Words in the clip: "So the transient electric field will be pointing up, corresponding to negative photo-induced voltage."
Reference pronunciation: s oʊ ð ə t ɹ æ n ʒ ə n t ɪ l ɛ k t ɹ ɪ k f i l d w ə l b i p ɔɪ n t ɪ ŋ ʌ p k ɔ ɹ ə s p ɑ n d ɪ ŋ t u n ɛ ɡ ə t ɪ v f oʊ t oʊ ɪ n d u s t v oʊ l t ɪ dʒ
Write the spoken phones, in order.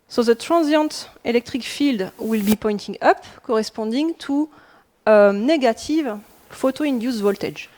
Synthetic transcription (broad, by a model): s oʊ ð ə t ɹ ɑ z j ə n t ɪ l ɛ k t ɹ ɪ k f i l d w ə l b i p ɔɪ n t ɪ ŋ ʌ p k ɔ ɹ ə s p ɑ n d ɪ ŋ t u n ɛ ɡ ə t ɪ v f oʊ t oʊ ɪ n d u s v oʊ l t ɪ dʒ